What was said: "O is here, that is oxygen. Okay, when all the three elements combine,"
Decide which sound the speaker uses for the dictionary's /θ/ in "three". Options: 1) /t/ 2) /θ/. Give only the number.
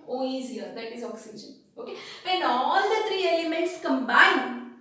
1